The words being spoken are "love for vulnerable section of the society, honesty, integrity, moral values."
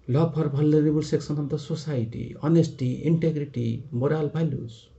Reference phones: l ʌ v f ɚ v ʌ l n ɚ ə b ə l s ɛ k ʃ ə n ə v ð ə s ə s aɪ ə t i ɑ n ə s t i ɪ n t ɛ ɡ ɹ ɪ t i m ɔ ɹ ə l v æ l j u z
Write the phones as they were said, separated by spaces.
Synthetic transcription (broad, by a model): l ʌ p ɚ b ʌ l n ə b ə l s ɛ k s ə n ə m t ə s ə s aɪ t i ɑ n ə s t i ɪ n t ɛ ɡ ɹ ɪ t i m ɔ ɹ ə l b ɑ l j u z